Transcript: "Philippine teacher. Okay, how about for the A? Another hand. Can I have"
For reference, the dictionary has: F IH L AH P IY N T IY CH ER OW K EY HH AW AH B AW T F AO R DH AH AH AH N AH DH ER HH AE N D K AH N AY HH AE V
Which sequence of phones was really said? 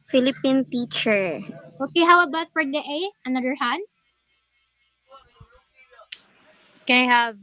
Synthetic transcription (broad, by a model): F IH L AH P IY N T IY CH ER OW K EY HH AW AH B AW T F AO R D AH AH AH N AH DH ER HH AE D K AH N AY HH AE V